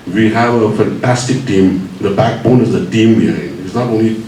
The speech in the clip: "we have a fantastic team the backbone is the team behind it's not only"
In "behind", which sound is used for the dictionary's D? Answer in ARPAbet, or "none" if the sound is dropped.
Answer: none